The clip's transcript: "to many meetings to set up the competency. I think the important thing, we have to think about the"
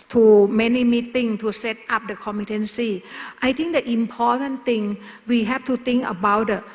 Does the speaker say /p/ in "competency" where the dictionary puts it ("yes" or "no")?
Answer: no